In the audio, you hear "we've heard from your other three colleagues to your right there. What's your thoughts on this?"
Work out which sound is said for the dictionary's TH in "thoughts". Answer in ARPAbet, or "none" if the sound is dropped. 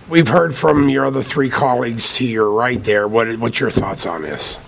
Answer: TH